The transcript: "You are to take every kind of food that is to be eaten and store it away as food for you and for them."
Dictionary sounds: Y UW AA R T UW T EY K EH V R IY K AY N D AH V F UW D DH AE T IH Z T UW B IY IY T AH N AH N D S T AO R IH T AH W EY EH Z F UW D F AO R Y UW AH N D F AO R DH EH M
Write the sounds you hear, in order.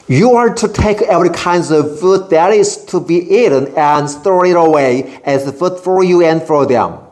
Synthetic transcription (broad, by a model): Y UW AA R T UW T EY K EH V R IY K AY N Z AH V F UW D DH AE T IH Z T UW B IY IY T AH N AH N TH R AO IH T AH W EY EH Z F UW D F AO R Y UW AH N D F AO R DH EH M